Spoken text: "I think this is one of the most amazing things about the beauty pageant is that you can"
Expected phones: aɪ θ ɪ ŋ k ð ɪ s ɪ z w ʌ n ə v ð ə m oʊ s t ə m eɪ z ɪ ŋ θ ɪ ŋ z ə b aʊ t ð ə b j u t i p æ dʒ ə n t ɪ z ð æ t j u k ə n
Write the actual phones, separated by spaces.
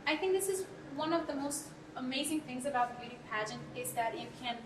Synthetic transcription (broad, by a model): aɪ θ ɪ ŋ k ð ɪ s ɪ z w ʌ n ə v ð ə m oʊ s t ə m eɪ z ɪ ŋ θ ɪ ŋ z ə b aʊ t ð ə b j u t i p æ dʒ ə n t ɪ z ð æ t j u k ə n